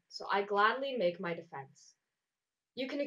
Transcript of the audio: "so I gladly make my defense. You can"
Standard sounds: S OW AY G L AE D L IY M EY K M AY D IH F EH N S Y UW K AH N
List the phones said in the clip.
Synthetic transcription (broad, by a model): S OW AY G L AE D L IY M EY K M AY D IH F EH N S Y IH K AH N